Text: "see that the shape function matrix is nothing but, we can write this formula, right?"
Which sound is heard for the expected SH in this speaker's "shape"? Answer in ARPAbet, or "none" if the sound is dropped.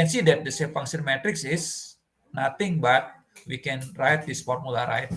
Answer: S